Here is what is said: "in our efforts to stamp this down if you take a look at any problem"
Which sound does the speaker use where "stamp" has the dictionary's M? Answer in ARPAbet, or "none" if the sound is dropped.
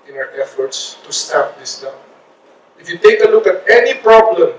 none